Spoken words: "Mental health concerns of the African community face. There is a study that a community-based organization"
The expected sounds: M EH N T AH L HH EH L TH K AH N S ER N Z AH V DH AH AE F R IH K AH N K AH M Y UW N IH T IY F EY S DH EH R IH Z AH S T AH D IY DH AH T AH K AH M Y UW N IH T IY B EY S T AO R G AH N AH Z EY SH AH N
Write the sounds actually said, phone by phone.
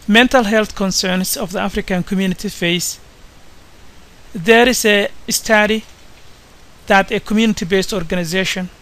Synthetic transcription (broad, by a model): M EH N T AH L HH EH L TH K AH N S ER N S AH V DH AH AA F R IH K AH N K AH M Y UW N IH T IY F EY S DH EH R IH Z AH S T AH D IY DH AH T AH K AH M Y UW N IH T IY B EY S T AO R G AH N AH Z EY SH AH N